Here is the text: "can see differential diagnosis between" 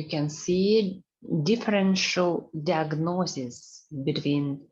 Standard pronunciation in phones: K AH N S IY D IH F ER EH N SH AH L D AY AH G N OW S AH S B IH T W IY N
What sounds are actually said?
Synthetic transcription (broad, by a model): K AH N S IY D IH F ER EH N SH AH L D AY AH G N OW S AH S B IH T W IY N